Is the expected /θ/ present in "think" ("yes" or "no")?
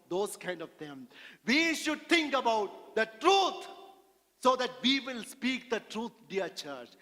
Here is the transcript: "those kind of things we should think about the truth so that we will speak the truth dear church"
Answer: no